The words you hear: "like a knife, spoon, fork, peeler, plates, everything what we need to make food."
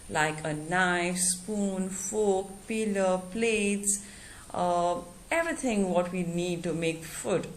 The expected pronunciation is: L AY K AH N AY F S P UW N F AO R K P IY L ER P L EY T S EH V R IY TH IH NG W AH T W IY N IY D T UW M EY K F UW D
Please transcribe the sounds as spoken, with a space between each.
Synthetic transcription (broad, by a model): L AY K AH N AY F S P UW N F AO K P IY L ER P L EY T S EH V R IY T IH NG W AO T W IY N IY D T UW M EY K F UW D